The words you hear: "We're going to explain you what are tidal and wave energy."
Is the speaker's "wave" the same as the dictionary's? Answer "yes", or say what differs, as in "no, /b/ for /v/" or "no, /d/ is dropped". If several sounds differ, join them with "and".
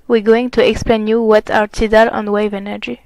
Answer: yes